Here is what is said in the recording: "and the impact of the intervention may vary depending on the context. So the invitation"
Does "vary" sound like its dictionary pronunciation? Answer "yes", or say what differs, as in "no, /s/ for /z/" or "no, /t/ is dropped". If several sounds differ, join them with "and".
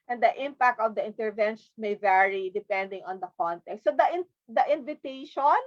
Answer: yes